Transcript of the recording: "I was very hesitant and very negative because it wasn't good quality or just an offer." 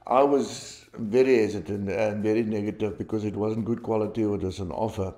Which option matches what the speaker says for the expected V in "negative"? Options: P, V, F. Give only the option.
V